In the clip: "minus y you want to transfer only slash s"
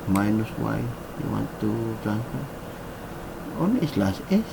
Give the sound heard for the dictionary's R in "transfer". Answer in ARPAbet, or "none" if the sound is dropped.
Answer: none